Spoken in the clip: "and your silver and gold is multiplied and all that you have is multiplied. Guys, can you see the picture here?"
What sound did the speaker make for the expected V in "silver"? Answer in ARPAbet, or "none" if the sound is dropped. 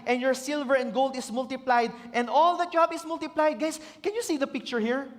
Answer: V